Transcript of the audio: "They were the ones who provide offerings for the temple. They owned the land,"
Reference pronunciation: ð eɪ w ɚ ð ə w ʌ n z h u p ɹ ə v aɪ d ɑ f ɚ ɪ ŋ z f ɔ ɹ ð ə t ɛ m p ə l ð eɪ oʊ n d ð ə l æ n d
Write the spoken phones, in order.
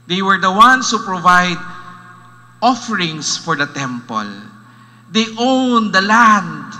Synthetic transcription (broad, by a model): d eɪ w ɚ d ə w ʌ n s h u p ɹ ə v aɪ d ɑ f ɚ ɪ ŋ s f ɔ ɹ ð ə t ɛ m p ə l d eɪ oʊ n d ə l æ n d